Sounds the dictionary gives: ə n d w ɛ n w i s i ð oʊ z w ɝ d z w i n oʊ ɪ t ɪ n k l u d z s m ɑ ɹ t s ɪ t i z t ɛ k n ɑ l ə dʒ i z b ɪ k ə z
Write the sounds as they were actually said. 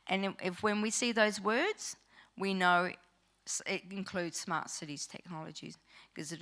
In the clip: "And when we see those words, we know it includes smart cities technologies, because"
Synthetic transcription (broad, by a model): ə n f w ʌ n w i s i ð oʊ z w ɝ d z w i n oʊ ɪ t ɪ n k l u d z s m ɑ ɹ t s ɪ t i z t ɛ k n ɑ l ə dʒ i z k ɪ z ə